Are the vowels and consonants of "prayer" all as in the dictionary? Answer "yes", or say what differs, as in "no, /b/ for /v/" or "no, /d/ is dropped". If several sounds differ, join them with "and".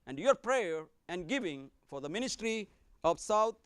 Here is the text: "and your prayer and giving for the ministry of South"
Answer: yes